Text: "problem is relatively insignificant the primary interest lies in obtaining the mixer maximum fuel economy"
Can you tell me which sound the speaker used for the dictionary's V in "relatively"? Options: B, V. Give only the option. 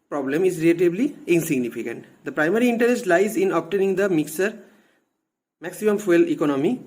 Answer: B